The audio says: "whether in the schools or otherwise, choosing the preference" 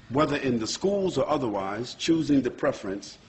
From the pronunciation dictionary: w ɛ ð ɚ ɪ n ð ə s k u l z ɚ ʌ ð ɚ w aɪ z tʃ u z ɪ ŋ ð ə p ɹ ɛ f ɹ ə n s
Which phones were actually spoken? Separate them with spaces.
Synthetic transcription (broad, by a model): w ɛ ð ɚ ɪ n ð ə s k u l z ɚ ʌ ð ɚ w aɪ z tʃ u z ɪ ŋ ð ə p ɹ ɛ f ɹ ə n s